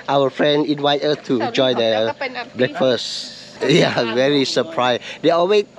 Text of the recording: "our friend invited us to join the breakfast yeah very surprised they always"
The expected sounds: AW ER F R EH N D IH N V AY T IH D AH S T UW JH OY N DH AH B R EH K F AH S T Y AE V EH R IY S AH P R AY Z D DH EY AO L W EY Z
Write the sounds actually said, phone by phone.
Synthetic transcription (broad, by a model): AW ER F R EH N D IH N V AY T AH T UW JH OY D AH B R EH K F AH S T Y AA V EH R IY S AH P R AY S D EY AO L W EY